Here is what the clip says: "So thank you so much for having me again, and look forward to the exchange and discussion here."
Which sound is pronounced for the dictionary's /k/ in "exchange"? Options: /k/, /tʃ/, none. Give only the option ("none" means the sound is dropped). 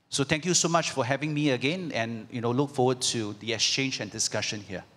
/k/